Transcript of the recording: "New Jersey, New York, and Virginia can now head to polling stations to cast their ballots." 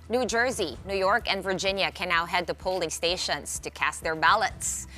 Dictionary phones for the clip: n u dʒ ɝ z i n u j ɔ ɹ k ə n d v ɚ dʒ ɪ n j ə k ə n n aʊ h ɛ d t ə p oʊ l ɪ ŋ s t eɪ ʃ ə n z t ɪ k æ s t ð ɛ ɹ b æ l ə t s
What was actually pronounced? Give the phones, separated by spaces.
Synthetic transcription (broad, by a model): n u dʒ ɝ z i n u j ɔ ɹ k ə n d v ɚ dʒ ɪ n j ə k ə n n aʊ h ɛ d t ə p oʊ l ɪ ŋ s t eɪ ʃ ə n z t ɪ k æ s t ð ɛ ɹ b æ l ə t s